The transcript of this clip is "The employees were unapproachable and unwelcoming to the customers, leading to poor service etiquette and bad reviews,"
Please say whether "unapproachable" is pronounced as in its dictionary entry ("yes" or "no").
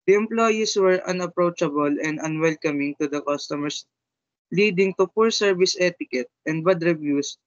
yes